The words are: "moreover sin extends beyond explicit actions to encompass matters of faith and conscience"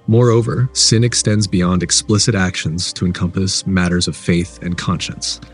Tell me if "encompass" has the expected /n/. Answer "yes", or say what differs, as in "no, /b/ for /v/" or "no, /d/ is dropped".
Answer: yes